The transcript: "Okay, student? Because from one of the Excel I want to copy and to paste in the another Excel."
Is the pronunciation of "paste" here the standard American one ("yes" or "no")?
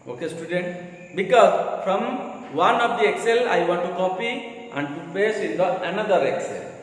no